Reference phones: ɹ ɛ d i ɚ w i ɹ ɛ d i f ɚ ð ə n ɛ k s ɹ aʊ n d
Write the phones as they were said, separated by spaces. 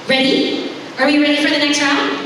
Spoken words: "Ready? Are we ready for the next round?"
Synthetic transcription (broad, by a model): ɹ ɛ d i ɚ w i ɹ ɛ d i f ɚ ð ə n ɛ k s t aʊ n